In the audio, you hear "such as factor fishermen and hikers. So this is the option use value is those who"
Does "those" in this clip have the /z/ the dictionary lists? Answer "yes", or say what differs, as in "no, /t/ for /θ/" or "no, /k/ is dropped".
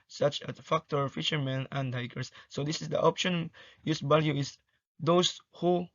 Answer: no, /s/ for /z/